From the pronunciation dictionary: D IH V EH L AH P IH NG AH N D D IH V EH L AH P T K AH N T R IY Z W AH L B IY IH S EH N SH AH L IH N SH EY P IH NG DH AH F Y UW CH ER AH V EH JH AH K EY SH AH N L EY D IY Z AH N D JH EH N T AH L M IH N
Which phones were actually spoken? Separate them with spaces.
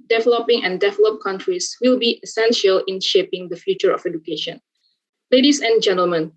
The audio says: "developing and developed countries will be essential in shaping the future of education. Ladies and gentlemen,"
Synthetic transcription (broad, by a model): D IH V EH L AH P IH NG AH N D D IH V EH L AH P K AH N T R IY S W AH L B IY IH S EH N SH AH L IH N SH EY P IH NG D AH F Y UW CH ER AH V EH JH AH K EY SH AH N L EY D IY S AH N JH EH N T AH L M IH N